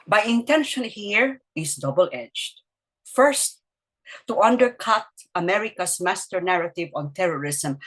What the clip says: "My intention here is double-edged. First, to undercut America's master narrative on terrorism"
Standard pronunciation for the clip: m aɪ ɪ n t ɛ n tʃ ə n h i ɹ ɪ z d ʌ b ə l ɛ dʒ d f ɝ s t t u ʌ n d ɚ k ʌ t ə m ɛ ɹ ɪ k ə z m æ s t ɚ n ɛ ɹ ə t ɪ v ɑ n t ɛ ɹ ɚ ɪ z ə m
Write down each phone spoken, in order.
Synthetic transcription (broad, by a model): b aɪ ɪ n t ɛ n ʃ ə n h i ɹ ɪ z d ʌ b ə l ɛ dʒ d f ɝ s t t u ʌ n d ɚ k ʌ t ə m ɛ ɹ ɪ k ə s m æ s t ɚ n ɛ ɹ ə t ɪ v ɑ n t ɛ ɹ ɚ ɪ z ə m